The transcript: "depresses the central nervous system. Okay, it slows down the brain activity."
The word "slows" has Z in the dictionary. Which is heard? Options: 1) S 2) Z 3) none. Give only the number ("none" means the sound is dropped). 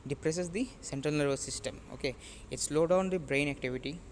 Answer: 3